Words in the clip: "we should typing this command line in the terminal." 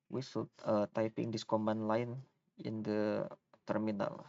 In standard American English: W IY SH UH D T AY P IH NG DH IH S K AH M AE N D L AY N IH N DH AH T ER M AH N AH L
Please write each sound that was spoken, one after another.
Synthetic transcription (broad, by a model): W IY S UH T T AY P IH NG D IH S K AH M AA N L AY N IH N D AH T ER M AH N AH L